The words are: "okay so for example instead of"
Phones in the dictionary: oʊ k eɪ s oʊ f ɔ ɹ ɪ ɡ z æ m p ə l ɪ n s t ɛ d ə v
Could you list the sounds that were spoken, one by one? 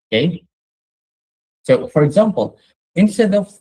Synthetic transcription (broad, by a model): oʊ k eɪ s oʊ f ɔ ɹ ɪ ɡ z æ m p ə l ɪ n s t ɛ d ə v